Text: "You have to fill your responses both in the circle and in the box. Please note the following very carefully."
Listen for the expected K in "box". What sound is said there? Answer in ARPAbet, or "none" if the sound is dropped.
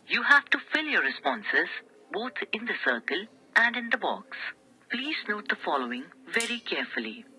K